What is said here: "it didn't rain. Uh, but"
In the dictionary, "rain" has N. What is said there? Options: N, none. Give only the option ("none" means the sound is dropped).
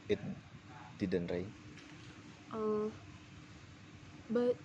none